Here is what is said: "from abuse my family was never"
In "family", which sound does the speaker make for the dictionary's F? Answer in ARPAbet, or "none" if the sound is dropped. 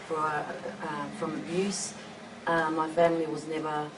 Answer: F